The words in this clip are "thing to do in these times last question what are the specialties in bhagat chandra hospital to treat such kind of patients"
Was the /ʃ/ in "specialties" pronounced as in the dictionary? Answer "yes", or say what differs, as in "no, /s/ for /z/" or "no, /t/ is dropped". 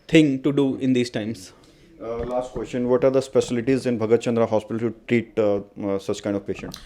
no, /s/ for /ʃ/